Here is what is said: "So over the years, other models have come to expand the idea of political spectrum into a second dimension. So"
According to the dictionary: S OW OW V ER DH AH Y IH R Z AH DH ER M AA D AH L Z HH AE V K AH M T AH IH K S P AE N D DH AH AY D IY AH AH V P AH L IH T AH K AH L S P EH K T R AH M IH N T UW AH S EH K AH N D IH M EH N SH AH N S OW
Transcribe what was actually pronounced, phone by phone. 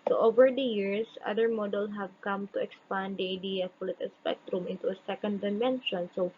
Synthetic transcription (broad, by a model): S OW OW V ER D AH Y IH R S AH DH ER M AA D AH L S HH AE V K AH M T AH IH K S P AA N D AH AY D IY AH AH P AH L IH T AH S P EH K T R AH M IH N T UW AH S EH K AH N D IH M EH N SH AH N S OW